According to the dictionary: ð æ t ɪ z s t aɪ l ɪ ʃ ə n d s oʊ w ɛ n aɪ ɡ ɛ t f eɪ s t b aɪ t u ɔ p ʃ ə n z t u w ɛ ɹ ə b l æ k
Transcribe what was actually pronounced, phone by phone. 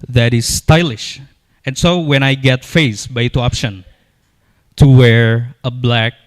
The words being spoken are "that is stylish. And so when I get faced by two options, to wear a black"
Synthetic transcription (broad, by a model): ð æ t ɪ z s t aɪ l ɪ ʃ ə n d s oʊ w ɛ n aɪ ɡ ɛ t f eɪ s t b aɪ t u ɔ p ʃ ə n t u w ɛ ɹ ə b l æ k